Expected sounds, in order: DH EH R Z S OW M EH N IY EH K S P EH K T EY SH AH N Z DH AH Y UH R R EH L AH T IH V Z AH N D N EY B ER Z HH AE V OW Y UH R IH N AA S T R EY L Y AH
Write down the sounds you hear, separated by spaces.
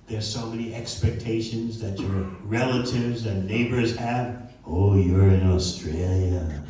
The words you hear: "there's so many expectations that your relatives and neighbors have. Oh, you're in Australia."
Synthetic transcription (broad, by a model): DH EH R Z S OW M EH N IY EH K S P EH K T EY SH AH N Z DH AH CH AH R R EH L AH T IH V Z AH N N EY B ER Z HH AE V OW Y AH R IH N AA S T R EY L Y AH